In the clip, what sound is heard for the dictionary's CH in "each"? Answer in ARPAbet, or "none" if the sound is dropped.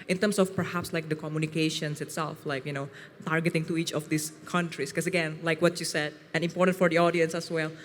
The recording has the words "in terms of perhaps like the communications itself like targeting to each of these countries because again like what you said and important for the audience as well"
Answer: CH